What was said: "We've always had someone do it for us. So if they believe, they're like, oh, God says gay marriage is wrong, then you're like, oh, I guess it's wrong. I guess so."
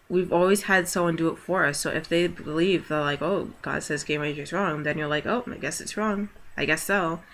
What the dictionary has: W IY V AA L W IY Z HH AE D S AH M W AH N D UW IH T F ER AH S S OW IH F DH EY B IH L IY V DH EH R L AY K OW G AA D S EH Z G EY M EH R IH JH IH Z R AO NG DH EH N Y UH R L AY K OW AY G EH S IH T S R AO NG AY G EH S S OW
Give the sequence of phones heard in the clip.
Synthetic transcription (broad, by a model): W IY V AA L W IY Z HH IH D S AH M W AH N D IH T F ER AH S S OW IH F DH EY B IH L IY V DH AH R L AY K OW G AA D S EH Z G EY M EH IH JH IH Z R AO NG DH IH N Y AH R L AY K OW AY G EH S IH T S R AO NG AY G EH S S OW